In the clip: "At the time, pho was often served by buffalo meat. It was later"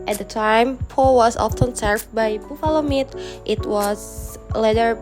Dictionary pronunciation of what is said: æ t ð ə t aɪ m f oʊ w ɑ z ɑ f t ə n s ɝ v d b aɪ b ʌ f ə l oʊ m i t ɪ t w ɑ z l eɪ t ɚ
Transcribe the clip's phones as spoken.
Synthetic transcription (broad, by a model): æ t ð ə t aɪ m p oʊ w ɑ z ɑ f t ə n s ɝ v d b aɪ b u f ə l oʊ m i t ɪ t w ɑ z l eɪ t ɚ